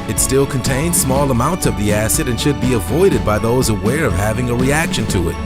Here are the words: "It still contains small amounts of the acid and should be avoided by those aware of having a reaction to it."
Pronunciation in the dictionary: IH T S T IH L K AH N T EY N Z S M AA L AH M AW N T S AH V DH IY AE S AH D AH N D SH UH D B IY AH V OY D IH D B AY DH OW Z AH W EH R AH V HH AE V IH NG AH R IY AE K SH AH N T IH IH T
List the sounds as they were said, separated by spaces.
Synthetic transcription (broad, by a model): IH T S T IH L K AH N T EY N Z S M AA L AH M AW N T S AH V DH IY AE S AH D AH N SH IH D B IY AH V OY D IH D B AY DH OW Z AH W EH R AH V HH AE V IH NG AH R IY AE K SH AH N T IH IH T